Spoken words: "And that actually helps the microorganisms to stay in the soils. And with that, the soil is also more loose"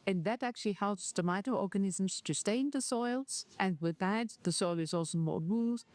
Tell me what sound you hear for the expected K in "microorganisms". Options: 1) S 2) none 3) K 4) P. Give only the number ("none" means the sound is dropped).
2